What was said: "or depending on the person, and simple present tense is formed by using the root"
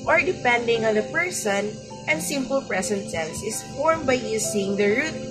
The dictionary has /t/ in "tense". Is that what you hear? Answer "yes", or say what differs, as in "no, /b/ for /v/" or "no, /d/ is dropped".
no, /s/ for /t/